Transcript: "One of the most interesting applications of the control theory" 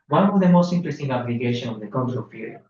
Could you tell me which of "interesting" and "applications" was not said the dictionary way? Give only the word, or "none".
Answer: applications